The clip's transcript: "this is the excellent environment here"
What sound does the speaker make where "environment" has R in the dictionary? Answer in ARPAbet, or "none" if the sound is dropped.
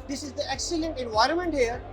R